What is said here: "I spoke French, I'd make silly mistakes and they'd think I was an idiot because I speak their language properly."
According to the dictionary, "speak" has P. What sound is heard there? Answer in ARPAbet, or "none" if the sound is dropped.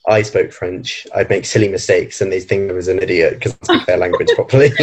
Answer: none